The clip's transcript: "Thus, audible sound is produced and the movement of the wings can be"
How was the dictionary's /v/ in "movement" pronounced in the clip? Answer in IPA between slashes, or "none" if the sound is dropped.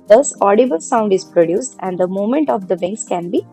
none